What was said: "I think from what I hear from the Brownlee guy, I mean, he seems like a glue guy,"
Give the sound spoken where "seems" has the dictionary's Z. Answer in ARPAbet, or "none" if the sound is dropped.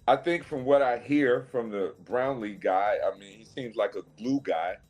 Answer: Z